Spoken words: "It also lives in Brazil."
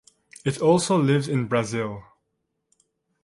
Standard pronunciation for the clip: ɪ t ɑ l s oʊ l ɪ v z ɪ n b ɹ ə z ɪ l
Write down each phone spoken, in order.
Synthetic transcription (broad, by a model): ɪ t ɑ l s oʊ l ɪ v z ɪ n b ɹ ə z ɪ l